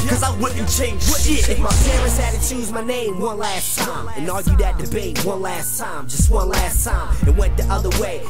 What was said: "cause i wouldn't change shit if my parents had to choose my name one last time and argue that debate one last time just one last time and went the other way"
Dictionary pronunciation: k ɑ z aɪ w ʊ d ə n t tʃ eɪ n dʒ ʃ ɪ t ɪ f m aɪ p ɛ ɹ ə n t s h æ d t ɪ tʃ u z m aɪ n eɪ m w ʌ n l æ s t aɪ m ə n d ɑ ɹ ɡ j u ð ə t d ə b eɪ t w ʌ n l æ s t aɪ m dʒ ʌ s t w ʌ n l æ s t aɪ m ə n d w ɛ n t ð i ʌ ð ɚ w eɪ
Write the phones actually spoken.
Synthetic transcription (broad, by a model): k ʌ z aɪ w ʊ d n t tʃ eɪ n dʒ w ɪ ɪ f m aɪ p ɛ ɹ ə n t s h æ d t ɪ tʃ u z m aɪ n eɪ m w ʌ n l æ s t aɪ m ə n ɑ ɹ ɡ j u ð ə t d ə b eɪ t w ʌ n l æ s t aɪ m dʒ ʌ s t w ʌ n l æ s t aɪ m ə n w ɛ n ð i ʌ ð ɚ w eɪ